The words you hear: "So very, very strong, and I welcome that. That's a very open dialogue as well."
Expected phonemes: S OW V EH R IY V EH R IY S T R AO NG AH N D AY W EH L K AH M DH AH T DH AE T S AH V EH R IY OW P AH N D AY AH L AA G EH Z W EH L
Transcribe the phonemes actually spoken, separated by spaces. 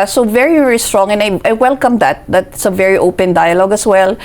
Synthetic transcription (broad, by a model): S OW V EH R IY V EH R IY S T R AO NG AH N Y AY W EH L K AH M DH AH T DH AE T S AH V EH R IY OW P AH N D AY AH L AA G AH S W EH L